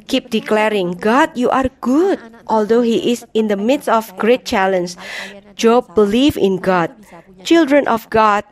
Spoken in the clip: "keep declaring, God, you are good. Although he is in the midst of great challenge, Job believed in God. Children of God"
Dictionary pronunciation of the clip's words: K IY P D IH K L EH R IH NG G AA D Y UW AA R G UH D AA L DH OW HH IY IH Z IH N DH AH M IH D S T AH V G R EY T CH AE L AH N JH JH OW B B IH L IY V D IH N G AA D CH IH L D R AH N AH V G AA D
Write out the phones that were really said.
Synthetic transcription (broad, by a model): K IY P D IH K L EH R IH NG G AA D Y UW AA R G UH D AA L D OW HH IY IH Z IH N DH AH M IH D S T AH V G R EY T CH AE L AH N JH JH OW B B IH L IY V IH N G AA D CH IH L D R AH N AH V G AA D